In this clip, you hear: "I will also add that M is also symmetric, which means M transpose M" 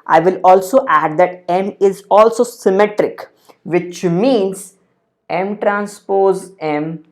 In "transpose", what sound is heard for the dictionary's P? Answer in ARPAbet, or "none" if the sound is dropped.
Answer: P